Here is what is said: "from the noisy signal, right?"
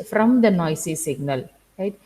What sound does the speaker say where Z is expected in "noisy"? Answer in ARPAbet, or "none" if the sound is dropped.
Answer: S